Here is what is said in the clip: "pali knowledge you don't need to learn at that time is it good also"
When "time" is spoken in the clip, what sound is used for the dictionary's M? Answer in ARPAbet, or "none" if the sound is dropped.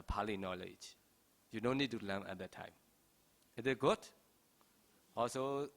M